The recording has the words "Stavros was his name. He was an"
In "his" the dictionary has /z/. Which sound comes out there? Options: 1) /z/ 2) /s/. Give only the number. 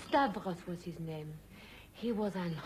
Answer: 1